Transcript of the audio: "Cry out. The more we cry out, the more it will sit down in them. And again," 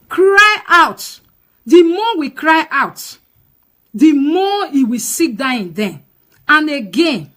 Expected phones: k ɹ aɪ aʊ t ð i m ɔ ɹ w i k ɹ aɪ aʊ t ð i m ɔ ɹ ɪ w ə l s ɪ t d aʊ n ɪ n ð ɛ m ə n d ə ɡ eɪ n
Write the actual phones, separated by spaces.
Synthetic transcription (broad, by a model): k ɹ aɪ aʊ t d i m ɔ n w i k ɹ aɪ aʊ t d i m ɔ ɪ w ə s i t d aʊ ɪ n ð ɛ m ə n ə ɡ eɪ n